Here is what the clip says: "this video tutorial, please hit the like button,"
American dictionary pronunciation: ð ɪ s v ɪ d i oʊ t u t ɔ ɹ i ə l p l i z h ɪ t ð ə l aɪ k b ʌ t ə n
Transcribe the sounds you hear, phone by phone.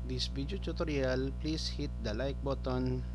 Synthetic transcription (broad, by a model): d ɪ s b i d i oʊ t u t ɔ ɹ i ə l p l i s h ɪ t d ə l aɪ k b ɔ t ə n